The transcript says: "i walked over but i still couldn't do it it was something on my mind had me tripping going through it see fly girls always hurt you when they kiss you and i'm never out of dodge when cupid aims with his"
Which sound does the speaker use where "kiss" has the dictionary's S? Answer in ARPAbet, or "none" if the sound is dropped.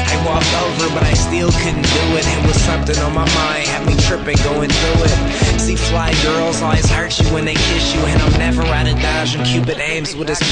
SH